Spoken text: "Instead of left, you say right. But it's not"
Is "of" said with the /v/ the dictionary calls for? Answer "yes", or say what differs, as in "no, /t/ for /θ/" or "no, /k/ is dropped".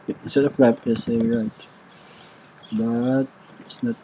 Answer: no, /p/ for /v/